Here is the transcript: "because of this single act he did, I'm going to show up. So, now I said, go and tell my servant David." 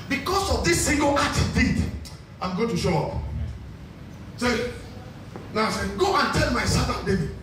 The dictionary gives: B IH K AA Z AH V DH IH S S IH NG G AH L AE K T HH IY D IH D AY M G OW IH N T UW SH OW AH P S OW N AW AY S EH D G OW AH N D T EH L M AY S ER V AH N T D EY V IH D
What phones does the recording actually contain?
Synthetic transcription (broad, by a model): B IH K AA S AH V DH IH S S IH NG G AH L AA T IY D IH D AY M G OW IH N T UW SH OW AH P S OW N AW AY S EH G OW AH N T EH L M AY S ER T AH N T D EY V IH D